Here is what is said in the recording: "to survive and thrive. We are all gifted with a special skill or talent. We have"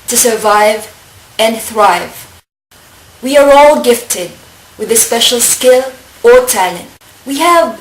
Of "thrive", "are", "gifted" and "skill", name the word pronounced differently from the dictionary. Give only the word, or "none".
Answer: none